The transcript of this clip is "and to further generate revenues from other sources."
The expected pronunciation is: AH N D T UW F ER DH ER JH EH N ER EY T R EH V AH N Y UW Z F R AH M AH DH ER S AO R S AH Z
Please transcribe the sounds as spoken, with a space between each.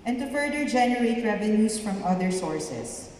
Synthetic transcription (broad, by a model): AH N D T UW F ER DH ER JH EH N ER EY T R EH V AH N Y UW S F R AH M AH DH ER S AO R S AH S